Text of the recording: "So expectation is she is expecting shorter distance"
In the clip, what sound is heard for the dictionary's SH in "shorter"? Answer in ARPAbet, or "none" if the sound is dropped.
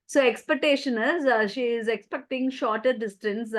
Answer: SH